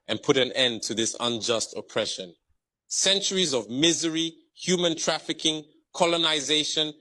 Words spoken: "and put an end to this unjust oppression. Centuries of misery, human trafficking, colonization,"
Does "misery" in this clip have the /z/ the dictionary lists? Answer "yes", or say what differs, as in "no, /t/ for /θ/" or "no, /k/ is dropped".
yes